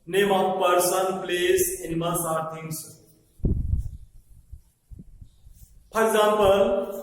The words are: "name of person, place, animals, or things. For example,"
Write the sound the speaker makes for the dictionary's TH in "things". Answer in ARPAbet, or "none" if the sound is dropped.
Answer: T